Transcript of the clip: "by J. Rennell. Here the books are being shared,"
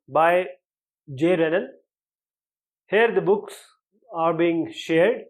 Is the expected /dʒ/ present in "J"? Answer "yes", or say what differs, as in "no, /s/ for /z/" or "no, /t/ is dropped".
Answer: yes